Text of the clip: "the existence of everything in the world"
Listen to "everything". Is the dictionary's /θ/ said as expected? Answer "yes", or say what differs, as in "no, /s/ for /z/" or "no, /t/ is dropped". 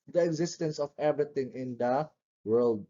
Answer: no, /t/ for /θ/